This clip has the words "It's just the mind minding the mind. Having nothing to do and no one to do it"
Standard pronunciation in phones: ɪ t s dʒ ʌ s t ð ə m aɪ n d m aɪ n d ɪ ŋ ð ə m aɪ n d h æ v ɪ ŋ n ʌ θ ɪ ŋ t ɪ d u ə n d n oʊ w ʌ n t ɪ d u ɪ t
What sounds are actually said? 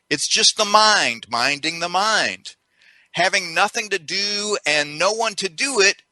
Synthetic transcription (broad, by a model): ɪ t s dʒ ʌ s t ð ə m aɪ n d m aɪ n d ɪ ŋ ð ə m aɪ n d h æ v ɪ ŋ n ʌ θ ɪ ŋ t ɪ d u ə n n oʊ w ʌ n t ɪ d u ɪ t